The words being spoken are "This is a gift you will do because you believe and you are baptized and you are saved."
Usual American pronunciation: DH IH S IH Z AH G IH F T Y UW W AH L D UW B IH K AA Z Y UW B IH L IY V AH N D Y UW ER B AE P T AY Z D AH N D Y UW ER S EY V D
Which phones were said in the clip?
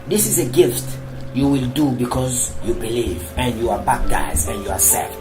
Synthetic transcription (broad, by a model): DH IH S IH Z AH G IH F T Y UW W AH L D UW B IH K AA Z Y UW B IH L IY V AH N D Y UW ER B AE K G AY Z AH N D Y UW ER S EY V